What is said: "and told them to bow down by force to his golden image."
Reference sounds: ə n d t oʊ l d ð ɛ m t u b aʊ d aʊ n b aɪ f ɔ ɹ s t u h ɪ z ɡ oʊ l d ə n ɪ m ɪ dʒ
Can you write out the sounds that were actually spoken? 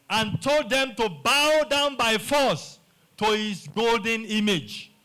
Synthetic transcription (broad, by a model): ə n t oʊ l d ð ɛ m t u b aʊ d aʊ n b aɪ f ɔ s t u h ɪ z ɡ oʊ l d ə n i m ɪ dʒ